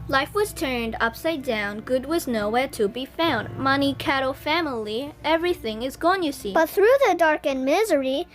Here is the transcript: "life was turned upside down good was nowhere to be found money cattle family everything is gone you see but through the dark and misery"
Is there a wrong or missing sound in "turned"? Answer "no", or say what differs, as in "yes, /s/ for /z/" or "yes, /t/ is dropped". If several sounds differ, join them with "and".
no